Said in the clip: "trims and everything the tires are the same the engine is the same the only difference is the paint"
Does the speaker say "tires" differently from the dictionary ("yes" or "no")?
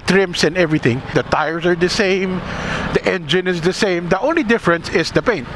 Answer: yes